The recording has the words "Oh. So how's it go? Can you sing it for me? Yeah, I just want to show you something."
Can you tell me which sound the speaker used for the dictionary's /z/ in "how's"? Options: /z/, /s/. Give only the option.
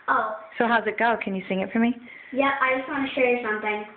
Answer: /z/